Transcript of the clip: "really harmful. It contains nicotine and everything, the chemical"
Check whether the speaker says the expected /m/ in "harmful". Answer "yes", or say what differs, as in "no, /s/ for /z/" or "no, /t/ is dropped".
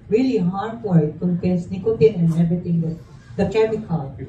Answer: no, /m/ is dropped